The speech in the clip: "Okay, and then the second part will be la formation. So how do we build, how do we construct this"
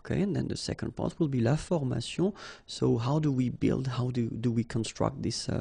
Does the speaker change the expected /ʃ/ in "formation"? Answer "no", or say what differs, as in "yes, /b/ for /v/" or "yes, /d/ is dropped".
yes, /s/ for /ʃ/